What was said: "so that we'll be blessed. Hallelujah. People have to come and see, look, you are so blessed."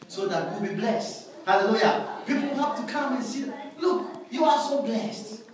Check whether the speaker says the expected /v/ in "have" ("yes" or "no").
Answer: no